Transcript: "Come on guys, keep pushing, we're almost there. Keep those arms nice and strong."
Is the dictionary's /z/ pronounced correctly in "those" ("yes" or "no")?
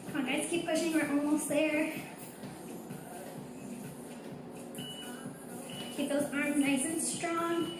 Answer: yes